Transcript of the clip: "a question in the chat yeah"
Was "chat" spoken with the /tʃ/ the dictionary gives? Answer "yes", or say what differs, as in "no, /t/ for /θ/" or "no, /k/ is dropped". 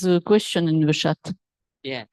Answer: no, /ʃ/ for /tʃ/